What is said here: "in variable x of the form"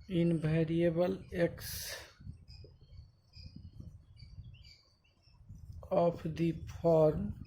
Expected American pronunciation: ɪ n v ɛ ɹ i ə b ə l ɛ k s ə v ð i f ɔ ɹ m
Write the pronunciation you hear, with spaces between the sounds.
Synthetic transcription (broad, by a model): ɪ n b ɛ ɹ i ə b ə l ɛ k s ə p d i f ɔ ɹ m